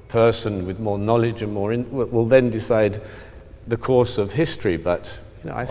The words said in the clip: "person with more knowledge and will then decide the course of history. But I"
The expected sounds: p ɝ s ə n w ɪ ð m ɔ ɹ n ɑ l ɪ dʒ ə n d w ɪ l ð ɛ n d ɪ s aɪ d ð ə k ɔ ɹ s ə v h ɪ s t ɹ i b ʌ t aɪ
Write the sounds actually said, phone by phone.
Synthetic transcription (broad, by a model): p ɝ s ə n w ɪ ð m ɔ ɹ n ɑ l ɪ dʒ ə n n w ɪ l ð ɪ n d ɪ s aɪ d ð ə k ɔ ɹ s ə v h ɪ s t ɹ i b ʌ t aɪ